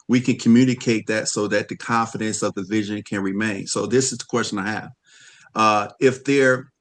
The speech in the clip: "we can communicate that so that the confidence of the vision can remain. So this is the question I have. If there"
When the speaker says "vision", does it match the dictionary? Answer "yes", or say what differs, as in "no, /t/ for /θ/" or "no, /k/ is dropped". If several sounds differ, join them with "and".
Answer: yes